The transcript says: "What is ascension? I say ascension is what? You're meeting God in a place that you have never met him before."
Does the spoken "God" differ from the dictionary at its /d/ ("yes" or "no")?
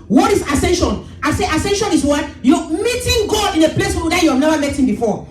yes